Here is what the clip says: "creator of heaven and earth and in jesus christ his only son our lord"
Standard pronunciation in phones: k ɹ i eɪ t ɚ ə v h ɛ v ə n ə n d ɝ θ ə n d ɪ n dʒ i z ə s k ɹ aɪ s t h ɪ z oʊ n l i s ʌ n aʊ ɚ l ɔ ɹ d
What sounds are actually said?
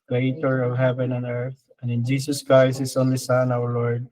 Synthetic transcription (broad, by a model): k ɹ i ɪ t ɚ ə v h ɛ v ə n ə n ɝ θ ə n d ɪ n dʒ i s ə s k ɹ aɪ s t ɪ s oʊ n l i s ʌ n aʊ ɚ l ɔ ɹ d